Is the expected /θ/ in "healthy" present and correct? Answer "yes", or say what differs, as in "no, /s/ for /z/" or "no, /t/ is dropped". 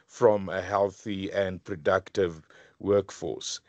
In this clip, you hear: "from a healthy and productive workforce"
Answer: yes